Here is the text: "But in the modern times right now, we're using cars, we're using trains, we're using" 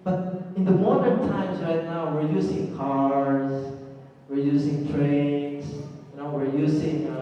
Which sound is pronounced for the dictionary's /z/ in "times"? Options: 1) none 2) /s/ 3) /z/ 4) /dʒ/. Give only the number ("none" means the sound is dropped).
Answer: 2